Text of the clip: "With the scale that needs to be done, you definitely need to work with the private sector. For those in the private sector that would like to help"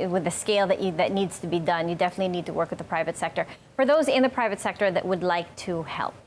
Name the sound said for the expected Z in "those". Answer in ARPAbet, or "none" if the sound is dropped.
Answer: Z